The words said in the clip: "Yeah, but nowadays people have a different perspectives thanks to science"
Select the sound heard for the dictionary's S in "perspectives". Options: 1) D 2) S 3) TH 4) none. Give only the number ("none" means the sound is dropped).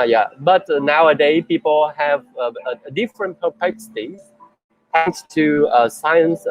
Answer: 4